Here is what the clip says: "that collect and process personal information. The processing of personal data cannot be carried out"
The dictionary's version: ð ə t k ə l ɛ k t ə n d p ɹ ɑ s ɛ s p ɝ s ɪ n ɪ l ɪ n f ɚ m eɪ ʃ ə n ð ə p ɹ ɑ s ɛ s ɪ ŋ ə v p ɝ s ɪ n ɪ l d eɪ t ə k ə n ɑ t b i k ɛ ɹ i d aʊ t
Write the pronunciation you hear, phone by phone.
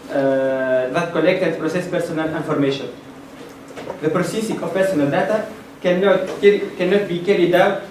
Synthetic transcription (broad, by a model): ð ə t k ə l ɛ k t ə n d p ɹ ɑ s ɛ s p ɝ s ɪ n ɪ l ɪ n f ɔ m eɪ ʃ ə n ð ə p ɹ ɑ s ɛ s ɪ ŋ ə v p ɝ s ɪ n ɪ l d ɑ t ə k ə n ɑ t b i k ɛ ɹ i d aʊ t